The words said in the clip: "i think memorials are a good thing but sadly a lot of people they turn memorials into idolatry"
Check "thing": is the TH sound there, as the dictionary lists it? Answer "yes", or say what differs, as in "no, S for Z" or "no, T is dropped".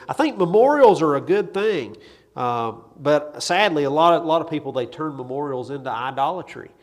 yes